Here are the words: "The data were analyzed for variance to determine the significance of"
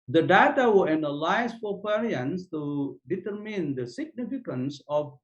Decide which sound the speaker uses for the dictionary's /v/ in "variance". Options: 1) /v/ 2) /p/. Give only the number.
2